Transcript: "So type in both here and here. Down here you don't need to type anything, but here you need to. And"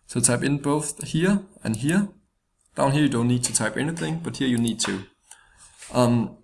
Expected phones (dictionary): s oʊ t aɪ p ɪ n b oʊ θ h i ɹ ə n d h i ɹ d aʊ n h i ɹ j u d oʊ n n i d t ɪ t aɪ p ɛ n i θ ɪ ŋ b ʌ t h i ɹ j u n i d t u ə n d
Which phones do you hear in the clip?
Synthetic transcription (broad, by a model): s oʊ t aɪ p ɪ n b oʊ θ h i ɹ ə n h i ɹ d aʊ n h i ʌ j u d oʊ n n i d t ɪ t aɪ p ɛ n i θ ɪ ŋ b ʌ t h i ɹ j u n i d t u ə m